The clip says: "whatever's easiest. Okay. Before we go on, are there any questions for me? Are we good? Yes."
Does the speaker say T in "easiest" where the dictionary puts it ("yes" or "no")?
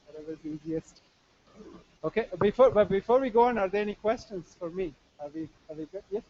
yes